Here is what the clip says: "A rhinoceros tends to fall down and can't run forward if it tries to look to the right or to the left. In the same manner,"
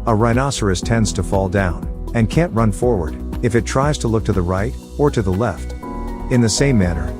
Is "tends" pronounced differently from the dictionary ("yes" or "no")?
no